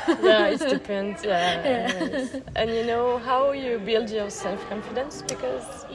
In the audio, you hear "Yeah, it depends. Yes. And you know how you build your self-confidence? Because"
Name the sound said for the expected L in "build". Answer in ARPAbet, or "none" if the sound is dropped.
L